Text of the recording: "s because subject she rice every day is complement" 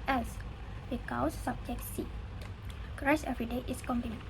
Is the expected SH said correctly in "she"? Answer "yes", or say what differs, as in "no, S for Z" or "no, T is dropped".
no, S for SH